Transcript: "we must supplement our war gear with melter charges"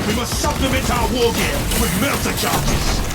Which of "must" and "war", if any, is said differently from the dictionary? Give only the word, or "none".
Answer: war